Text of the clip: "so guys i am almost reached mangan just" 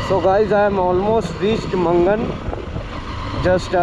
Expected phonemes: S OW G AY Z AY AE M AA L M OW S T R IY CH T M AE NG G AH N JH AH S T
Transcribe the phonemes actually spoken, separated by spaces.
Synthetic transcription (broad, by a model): S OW G AY Z AY M AA L M OW S T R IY S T M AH NG G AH N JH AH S T